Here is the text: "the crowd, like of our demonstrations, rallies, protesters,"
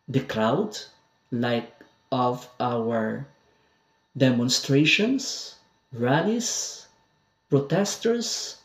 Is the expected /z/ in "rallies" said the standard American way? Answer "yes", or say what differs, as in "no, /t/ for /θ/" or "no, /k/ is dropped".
no, /s/ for /z/